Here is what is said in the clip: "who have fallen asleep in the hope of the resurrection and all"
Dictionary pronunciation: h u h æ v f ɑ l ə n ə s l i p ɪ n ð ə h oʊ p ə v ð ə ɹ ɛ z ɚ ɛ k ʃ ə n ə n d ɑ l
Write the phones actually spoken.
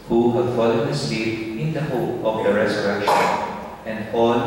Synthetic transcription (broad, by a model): h u h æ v f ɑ l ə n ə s i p ɪ n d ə h oʊ p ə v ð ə ɹ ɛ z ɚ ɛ k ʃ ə n ə n d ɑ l